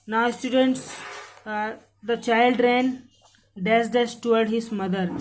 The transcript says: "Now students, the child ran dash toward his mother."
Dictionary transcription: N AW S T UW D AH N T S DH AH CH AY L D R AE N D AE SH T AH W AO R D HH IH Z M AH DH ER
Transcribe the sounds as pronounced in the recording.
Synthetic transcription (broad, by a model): N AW S T UW D AH N T S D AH CH AY L D R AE N D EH S T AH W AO R D HH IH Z M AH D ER